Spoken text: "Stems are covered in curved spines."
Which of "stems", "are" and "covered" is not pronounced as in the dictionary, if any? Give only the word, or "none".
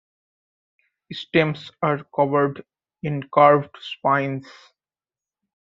stems